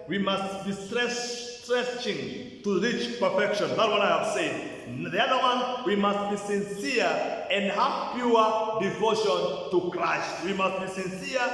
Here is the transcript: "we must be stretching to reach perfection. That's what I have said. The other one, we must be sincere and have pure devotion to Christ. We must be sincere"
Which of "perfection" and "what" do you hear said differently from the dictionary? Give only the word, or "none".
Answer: none